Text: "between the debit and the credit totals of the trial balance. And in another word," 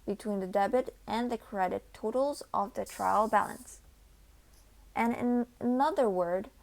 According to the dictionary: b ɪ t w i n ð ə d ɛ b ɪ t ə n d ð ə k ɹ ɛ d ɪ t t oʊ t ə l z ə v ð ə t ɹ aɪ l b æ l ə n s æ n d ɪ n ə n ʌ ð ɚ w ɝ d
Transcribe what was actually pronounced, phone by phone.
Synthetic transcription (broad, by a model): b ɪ t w i n ð ə d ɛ b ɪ t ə n ð ə k ɹ ɛ d ɪ t t oʊ t l z ə v ð ə t ɹ aɪ l b æ l ə n s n ɪ n ə n ʌ ð ɚ w ɝ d